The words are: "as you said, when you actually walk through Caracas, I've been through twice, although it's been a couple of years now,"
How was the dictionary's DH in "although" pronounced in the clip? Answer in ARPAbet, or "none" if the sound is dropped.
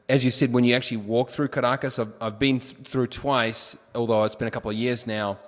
DH